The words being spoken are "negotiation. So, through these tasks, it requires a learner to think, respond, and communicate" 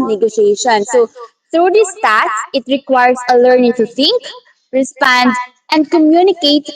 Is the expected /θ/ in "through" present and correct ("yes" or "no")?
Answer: no